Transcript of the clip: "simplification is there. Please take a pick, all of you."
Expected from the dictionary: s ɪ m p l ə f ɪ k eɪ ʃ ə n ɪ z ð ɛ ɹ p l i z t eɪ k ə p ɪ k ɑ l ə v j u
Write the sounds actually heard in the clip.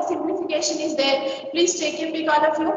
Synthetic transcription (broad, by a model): s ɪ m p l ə f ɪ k eɪ ʃ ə n ɪ z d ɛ ɹ p l i z t eɪ k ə b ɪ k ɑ n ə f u